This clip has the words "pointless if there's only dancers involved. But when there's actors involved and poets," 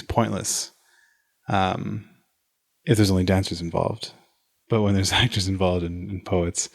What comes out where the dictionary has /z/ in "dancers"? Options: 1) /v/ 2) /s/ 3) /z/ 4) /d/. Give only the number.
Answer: 3